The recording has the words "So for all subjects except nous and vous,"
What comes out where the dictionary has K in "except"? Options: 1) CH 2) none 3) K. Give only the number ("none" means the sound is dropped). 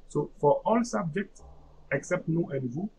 3